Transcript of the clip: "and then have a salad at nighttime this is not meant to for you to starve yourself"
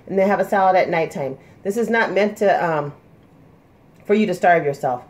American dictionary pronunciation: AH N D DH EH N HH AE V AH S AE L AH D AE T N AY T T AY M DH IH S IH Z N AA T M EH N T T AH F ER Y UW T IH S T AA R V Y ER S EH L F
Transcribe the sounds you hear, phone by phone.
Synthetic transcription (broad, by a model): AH N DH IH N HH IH V AH S AE L AH D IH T N AY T T AY M DH IH S IH Z N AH T M EH N T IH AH F ER Y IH T IH S T AA R V Y ER S EH L F